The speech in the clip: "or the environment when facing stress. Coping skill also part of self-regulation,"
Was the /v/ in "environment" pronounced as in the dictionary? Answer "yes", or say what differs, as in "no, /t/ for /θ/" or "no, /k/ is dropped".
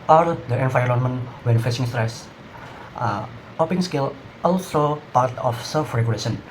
no, /f/ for /v/